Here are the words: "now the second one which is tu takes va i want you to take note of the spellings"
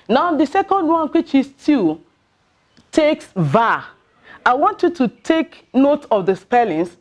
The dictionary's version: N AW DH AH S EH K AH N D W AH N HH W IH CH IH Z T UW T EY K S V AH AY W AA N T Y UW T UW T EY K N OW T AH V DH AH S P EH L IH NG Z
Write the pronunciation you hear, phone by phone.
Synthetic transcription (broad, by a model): N AW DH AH S EH K AH N D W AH N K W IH CH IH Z T UW T EY K S V AH AY W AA N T Y UW T UW T EY K N OW T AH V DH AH S P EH L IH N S